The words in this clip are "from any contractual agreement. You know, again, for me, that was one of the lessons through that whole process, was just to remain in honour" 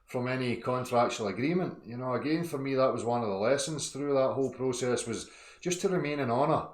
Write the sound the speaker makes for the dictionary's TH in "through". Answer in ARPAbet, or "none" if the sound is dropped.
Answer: TH